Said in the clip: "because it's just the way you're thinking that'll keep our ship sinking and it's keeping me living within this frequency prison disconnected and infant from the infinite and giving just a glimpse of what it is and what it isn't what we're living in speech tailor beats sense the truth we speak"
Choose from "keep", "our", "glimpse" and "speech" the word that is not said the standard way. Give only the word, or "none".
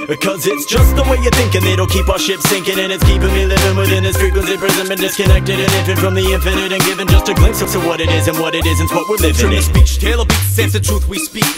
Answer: glimpse